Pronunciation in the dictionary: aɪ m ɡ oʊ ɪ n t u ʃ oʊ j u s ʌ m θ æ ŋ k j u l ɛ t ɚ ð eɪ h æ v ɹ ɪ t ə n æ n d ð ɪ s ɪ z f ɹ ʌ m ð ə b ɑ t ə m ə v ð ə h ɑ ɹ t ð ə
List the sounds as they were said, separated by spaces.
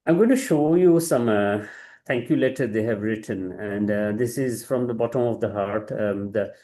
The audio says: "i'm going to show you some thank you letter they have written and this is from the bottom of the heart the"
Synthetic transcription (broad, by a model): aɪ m ɡ oʊ ɪ n t u ʃ oʊ j u s ʌ m t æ ŋ k j u l ɛ t ɚ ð eɪ h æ v ɹ ɪ t ə n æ n d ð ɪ s ɪ z f ɹ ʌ m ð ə b ɑ t ə m ə v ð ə h ɑ ɹ t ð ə